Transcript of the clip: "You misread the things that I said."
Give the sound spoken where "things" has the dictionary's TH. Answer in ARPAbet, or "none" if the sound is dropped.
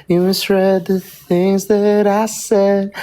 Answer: TH